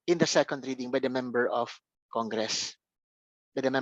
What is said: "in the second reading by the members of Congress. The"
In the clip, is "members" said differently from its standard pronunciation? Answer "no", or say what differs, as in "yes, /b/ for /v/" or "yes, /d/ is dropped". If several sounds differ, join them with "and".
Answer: yes, /z/ is dropped